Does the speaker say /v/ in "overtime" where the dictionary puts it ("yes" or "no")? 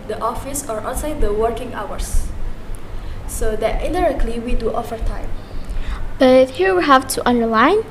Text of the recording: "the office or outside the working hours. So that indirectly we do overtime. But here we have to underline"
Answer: no